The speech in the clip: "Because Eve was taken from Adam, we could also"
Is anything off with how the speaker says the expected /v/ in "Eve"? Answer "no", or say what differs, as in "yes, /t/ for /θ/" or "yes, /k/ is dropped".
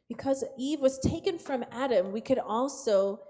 no